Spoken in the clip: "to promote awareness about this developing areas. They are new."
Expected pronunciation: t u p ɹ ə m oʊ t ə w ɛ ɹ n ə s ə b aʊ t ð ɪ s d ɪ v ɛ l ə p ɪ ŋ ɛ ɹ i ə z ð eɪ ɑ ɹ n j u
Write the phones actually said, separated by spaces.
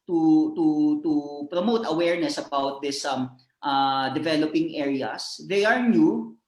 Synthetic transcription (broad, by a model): t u p ɹ ə m oʊ t ə w ɛ ɹ n ə s ə b aʊ t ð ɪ s d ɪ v ɛ l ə p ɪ ŋ ɛ ɹ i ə s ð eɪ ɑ ɹ n j u